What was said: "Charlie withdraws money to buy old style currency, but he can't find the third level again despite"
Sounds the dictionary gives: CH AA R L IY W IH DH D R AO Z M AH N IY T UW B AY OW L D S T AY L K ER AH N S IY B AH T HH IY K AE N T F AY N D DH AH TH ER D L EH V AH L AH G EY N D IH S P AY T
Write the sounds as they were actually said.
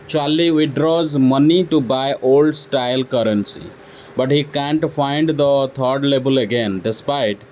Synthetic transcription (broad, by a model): CH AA L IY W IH D R AO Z M AH N IY T UW B AY OW L D S T AY L K ER AH N S IY B AH T HH IY K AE N T F AY N D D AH T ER D L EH B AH L AH G EY N D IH S P AY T